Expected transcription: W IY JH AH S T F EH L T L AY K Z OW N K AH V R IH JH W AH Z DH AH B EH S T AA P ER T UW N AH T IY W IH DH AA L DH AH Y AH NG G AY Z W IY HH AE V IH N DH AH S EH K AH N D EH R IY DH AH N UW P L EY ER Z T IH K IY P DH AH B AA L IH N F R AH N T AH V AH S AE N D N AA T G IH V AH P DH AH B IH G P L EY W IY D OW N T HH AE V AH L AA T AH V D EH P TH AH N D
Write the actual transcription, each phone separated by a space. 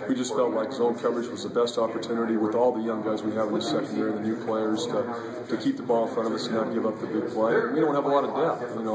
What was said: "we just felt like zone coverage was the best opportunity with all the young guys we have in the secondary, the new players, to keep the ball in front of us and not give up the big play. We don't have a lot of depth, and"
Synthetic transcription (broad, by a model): W IY JH AH S T F EH L T L AY K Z OW K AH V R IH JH W AH Z DH AH B EH S T AA P ER T UW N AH T IY W IH DH AA L DH AH Y AH NG G AY Z W IY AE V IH N DH AH S EH K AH N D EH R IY DH AH N UW P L EY ER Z T IH K IY P DH AH B AA L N F R AH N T AH V AH S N N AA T G IH V AH P DH AH B IH G P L EY W IY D OW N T HH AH V AH L AA T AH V D EH TH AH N